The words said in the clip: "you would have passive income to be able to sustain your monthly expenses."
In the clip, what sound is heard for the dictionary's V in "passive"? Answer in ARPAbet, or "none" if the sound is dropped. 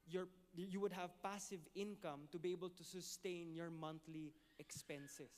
V